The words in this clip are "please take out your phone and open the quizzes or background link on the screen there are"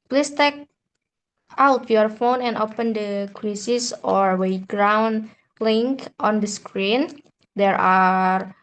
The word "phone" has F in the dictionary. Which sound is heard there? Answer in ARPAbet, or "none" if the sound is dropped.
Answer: F